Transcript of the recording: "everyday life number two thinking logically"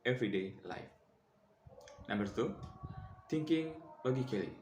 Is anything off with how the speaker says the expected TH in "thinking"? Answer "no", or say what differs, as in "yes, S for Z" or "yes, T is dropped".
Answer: yes, T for TH